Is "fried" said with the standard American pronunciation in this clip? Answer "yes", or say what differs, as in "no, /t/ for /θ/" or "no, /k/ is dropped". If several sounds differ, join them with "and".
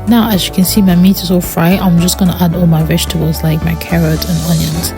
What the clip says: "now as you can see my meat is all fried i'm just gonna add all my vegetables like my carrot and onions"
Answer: no, /d/ is dropped